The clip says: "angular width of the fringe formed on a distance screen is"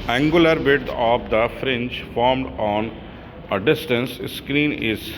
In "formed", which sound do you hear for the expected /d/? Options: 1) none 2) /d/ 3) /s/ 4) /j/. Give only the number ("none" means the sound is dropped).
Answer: 2